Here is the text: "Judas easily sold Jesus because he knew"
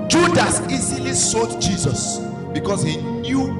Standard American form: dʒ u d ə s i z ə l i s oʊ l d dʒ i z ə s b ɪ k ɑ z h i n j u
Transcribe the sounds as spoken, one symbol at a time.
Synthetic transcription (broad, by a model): dʒ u d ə s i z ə l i s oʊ d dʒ i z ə s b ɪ k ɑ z h i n j u